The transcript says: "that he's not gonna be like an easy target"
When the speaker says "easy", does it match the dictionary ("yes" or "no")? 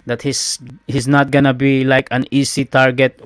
no